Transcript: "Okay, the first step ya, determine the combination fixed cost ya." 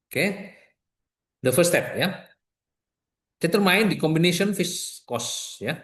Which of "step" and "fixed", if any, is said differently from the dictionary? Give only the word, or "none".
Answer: fixed